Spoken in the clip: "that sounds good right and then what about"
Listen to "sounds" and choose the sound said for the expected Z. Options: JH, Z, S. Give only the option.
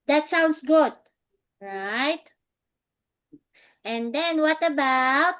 S